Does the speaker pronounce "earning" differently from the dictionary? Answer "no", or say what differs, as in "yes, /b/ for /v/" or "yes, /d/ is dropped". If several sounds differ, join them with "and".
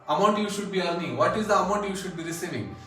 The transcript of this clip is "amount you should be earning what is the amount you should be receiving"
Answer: yes, /l/ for /n/